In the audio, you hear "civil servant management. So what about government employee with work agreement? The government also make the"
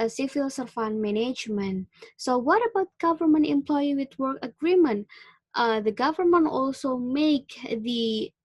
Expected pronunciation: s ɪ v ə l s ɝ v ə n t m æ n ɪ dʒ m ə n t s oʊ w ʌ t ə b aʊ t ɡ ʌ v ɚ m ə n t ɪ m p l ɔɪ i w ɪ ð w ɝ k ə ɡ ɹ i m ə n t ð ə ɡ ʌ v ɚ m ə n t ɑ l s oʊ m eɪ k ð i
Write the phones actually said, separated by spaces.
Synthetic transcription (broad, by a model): s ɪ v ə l s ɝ f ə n m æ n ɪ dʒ m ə n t s oʊ w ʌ t ə b aʊ t ɡ ʌ v ɚ m ə n t ɪ m p l ɔɪ i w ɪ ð w ɝ k ə ɡ ɹ i m ə n t ð ə ɡ ʌ v ɚ m ə n t ɑ l s oʊ m eɪ k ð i